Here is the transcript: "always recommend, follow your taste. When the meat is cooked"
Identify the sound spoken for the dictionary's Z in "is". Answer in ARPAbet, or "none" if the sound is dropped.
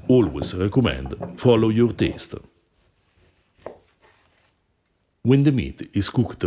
S